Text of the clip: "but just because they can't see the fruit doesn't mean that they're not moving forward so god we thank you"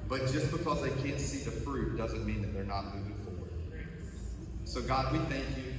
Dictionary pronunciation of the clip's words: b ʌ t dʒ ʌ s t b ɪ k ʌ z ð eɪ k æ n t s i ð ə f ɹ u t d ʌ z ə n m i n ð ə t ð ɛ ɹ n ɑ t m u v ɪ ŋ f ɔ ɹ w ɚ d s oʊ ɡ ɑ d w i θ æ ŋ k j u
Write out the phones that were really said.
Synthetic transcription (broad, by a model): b ʌ t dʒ ʌ s b ɪ k ʌ z ð eɪ k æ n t s i ð ə f ɹ u t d ʌ z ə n m i n ð ə t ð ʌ ɹ n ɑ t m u ɪ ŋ f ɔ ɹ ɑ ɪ s oʊ ɡ ɑ d w i θ æ ŋ k j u